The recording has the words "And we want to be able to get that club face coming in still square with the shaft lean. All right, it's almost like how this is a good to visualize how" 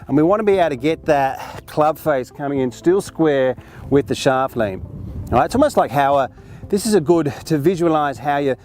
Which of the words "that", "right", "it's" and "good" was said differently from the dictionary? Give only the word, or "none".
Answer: right